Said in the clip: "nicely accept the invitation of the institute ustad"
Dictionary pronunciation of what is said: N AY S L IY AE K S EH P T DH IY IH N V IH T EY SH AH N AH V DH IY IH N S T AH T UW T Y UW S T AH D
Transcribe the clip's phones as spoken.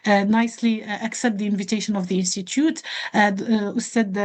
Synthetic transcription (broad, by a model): N AY S L IY AE K S EH P T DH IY IH N V IH T EY SH AH N AH V DH IY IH N S T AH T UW T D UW S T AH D